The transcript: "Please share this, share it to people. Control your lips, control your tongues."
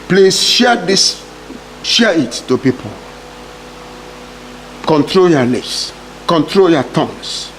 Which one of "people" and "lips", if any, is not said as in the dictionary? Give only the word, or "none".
lips